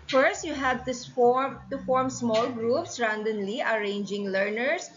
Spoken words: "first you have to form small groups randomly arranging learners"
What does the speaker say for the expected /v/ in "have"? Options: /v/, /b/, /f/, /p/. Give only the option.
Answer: /f/